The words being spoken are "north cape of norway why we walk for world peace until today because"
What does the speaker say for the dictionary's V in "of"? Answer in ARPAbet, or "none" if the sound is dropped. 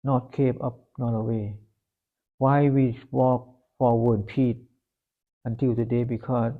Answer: P